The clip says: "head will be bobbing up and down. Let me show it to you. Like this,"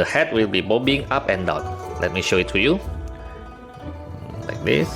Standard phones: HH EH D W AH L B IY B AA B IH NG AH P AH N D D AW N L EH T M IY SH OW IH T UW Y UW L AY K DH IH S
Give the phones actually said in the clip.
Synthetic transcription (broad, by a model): HH EH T W AH L B IY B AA B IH NG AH P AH N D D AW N L EH T M IY SH OW IH T UW Y UW L AY K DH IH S